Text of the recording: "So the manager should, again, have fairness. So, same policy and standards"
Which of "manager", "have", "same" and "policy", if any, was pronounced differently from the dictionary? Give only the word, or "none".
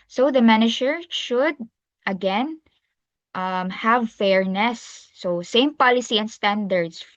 none